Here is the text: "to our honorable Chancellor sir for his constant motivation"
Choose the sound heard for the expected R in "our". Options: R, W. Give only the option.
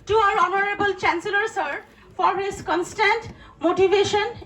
R